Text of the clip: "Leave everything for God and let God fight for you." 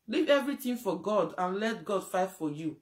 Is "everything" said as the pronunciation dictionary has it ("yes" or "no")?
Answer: no